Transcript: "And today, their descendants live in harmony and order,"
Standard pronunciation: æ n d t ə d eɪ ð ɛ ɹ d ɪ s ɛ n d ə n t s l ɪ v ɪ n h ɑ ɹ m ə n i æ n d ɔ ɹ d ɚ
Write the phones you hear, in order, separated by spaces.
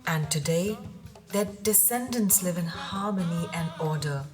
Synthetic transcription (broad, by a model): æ n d t ə d eɪ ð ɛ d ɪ s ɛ n d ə n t s l ɪ v ɪ n h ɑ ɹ m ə n i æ n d ɔ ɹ d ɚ